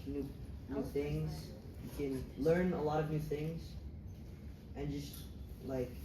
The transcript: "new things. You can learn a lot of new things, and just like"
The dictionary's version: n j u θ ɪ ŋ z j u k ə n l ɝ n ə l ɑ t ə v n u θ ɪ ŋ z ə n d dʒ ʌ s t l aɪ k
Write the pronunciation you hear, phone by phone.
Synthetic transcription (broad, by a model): n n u θ ɪ ŋ z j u k ə n l ɝ n ə l ɑ t ə v n u θ ɪ ŋ z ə n dʒ ʌ s t l aɪ k